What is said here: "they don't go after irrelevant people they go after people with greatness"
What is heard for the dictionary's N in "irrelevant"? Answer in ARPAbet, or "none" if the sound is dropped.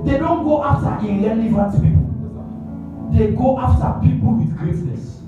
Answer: none